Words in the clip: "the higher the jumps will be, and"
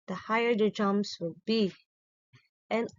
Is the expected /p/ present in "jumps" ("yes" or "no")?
no